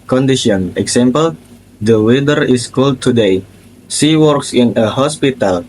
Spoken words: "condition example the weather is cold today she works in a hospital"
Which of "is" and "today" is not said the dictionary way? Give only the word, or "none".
is